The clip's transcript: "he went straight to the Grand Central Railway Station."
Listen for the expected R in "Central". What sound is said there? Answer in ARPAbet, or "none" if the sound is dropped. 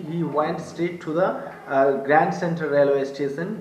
none